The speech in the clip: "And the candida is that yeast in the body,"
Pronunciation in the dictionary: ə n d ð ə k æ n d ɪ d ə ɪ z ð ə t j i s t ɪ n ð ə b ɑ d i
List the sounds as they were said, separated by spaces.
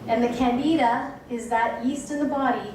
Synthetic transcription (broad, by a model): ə n ð ə k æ n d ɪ d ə ɪ z ð ə t j i s t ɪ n ð ə b ɑ d i